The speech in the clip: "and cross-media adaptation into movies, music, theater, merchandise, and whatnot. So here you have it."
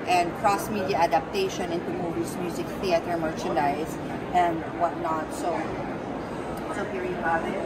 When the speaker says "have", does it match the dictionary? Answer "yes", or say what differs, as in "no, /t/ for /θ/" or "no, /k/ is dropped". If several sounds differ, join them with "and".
no, /p/ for /v/